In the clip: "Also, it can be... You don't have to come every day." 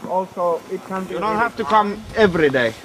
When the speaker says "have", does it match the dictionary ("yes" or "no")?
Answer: no